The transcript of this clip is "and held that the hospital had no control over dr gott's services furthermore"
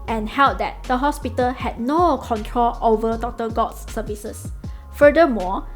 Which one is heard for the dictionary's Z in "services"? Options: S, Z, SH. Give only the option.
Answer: S